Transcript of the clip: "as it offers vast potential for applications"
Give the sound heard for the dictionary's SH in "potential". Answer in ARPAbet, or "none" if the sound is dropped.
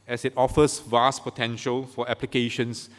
SH